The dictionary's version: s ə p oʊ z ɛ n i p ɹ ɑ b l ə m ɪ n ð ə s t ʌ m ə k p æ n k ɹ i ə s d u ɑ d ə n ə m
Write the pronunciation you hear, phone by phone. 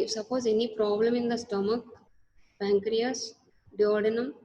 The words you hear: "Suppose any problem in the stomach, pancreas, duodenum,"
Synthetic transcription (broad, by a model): s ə p oʊ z ɛ n i p ɹ ɑ b l ə m ɪ n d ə s t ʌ m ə k b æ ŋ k ɹ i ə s d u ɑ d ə n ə m